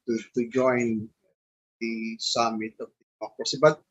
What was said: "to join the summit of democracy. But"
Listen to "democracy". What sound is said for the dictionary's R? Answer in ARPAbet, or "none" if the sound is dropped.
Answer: none